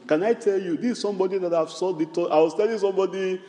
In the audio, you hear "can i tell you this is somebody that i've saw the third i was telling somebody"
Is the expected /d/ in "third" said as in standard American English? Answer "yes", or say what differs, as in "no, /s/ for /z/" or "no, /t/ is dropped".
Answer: no, /d/ is dropped